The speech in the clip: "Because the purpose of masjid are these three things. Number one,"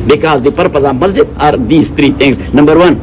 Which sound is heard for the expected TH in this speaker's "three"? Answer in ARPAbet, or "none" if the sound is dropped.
T